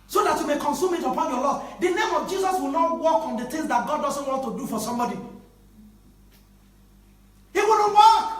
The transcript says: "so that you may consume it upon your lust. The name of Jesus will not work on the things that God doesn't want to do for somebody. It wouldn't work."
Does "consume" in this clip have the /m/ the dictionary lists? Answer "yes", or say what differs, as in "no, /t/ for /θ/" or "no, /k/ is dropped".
yes